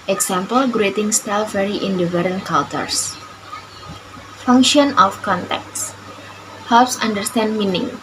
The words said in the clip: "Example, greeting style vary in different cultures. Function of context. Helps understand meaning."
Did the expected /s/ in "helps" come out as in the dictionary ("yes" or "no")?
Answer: yes